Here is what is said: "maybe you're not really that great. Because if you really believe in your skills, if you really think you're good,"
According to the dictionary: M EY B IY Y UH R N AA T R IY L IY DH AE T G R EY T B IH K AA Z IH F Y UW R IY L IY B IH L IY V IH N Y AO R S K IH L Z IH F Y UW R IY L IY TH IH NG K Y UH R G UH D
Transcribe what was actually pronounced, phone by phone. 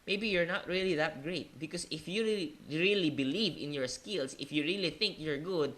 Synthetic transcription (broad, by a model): M EY B IY Y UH R N AA T R IY L IY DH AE T G R EY T B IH K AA S IH F Y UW R IY L IY B IH L IY V IH N Y AO R S K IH L S IH F Y UW R IY L IY TH IH NG K Y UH R G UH D